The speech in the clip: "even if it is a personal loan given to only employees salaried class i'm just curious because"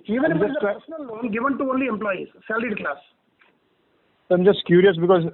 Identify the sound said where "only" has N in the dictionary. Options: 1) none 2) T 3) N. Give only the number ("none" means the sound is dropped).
3